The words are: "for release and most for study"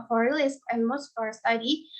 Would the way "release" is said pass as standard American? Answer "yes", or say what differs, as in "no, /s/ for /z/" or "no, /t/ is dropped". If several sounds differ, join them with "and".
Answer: no, /l/ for /ɹ/